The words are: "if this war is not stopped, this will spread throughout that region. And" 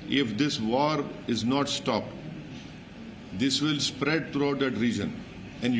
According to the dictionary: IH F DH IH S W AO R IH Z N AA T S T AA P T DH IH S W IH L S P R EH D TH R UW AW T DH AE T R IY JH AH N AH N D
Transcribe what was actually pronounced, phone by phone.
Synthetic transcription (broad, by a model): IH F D IH S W AO R IH Z N AA T S T AA P T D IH S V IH L S P R EH D T R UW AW T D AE T R IY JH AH N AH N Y